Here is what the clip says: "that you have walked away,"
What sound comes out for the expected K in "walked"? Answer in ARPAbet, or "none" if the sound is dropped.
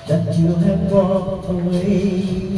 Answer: none